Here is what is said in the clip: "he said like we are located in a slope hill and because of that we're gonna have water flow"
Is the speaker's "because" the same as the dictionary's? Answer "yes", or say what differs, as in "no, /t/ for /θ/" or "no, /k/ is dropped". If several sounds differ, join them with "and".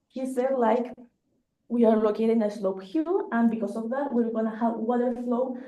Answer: no, /s/ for /z/